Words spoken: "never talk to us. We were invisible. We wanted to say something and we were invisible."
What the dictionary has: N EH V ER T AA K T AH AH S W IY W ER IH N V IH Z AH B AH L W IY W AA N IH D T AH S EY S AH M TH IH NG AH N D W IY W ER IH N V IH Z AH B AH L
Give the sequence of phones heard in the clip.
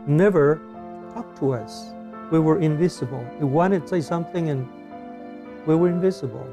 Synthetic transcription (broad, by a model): N EH V ER T AA K T AH AH S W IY W ER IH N V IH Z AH B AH L W IY W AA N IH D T S EY S AH M TH IH NG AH N W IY W ER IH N V IH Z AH B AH L